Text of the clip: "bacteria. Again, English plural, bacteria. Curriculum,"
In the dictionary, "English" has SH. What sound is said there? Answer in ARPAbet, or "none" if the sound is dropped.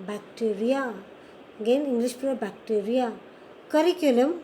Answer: S